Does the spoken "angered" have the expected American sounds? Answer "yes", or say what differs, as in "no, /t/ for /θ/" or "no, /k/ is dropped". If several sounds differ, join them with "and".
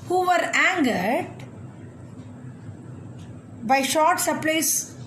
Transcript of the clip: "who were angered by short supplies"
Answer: yes